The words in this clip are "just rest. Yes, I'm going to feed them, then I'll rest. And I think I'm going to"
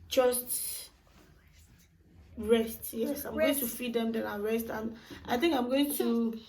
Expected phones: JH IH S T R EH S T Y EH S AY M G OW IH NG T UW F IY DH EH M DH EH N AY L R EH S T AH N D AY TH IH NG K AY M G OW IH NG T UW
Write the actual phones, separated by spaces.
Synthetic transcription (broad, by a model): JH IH S T R EH S T Y EH S AY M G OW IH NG T UW F IY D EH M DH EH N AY N R EH S T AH N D AY TH IH NG K AY M G OW IH NG T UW